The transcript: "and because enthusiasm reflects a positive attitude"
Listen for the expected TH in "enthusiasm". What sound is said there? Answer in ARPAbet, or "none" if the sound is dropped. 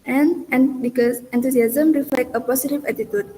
T